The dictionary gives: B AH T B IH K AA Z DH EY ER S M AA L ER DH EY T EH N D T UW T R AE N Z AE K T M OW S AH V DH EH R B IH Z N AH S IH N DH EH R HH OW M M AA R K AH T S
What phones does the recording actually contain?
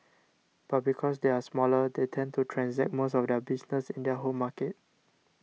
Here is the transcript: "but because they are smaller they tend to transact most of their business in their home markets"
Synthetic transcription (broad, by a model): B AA T B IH K AA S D EY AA S M AA L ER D EY T EH N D T UW T R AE N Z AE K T M OW S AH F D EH B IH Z N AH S IH N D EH HH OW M M AA K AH T